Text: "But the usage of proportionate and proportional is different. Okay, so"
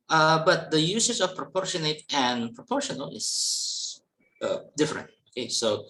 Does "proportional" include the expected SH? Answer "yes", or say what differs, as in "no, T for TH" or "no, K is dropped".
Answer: yes